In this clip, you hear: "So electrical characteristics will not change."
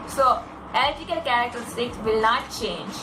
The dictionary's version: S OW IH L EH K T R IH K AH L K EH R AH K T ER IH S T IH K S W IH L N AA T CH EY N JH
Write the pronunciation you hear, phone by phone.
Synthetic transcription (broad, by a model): S OW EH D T IH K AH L K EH R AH K T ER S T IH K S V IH L N AA T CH EY N JH